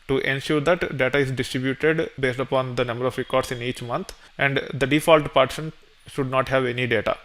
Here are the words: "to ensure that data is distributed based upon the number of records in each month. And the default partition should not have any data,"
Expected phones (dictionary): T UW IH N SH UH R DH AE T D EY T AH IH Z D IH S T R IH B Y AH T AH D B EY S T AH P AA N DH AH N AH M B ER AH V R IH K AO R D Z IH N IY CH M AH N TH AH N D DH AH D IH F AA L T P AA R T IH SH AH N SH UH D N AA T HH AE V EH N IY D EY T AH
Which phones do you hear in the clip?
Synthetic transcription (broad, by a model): T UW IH N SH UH R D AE T D EY T AH IH Z D IH S T R IH B Y AH T AH D B EY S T AH P AA N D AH N AH M B ER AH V R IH K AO R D S IH N IY CH M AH N T AH N D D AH D IH F AA L T P AA R T IH SH AH N SH UH D N AA T HH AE V EH N IY D EY T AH